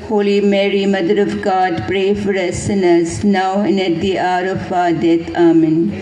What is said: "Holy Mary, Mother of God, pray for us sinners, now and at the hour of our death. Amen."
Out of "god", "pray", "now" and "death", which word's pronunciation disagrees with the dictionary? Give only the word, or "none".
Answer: death